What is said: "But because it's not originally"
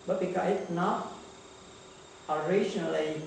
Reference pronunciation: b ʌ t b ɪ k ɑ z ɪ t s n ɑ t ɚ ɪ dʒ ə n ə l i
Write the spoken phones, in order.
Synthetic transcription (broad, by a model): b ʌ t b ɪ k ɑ ɪ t n ɑ t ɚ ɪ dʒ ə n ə l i